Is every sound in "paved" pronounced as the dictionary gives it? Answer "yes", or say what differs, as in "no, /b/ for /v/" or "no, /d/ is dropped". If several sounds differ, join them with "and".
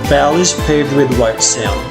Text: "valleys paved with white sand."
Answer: no, /v/ is dropped